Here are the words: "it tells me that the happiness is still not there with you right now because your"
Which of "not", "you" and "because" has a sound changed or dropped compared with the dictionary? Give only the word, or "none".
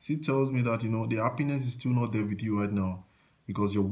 because